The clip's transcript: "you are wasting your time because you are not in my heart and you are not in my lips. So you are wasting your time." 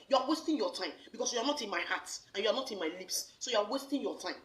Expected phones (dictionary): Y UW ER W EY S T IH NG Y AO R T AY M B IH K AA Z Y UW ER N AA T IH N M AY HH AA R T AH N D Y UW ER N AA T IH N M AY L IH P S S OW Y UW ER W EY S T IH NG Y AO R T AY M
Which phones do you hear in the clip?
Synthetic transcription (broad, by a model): Y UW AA W EY S T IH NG Y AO T AY M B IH K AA S Y UW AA N AA T IH N M AY HH AA T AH N Y UW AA N AA T IH N M AY L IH P S S OW Y UW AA W EY S T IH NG Y AO T AY M